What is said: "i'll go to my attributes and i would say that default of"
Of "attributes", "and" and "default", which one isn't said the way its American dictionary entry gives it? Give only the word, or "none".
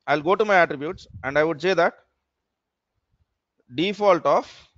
none